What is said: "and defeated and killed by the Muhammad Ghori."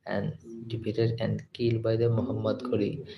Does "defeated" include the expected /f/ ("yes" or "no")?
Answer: no